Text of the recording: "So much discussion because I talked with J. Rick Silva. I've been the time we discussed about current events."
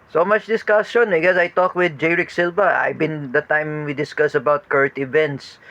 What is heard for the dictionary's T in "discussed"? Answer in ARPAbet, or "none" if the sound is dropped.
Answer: none